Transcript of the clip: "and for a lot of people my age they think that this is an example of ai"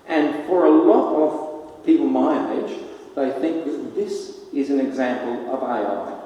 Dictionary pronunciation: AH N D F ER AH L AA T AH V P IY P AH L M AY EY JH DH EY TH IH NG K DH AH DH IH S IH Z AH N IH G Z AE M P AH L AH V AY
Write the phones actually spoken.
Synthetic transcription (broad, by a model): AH N F ER AH L AA T AH V P IY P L M AY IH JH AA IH TH IH NG K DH DH IH S IH Z AH N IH G Z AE M P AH L AH V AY